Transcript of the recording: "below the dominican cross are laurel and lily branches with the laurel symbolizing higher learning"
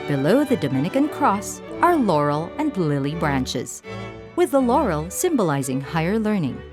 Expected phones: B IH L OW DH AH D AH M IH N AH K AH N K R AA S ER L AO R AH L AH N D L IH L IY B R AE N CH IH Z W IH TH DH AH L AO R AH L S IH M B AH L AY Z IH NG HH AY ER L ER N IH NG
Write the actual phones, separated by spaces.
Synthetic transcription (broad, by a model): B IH L OW DH AH D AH M IH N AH K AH N K R AA S ER L AO R L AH N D L IH L IY B R AE N CH IH Z W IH DH AH L AO R L S IH M B AH L AY Z IH NG HH AY ER L ER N IH NG